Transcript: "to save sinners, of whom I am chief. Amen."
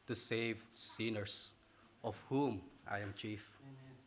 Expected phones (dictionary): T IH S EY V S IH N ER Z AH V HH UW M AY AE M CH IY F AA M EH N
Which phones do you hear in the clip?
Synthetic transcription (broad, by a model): T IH S EY V S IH N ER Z AH V HH UW M AY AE M CH IY F